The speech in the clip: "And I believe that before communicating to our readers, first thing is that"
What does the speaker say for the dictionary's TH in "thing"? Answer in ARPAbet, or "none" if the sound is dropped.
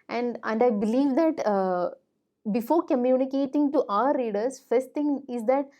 T